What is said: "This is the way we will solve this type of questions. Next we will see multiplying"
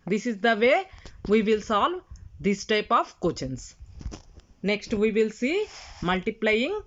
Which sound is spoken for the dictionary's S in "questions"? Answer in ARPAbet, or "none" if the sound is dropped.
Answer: none